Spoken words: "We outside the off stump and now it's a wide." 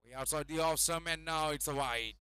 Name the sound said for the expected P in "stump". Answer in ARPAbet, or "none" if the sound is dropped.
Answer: none